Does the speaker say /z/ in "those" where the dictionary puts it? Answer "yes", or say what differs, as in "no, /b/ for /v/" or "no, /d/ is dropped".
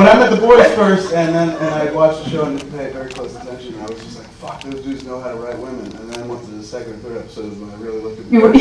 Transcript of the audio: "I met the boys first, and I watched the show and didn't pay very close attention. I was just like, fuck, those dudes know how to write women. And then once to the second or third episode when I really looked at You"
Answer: yes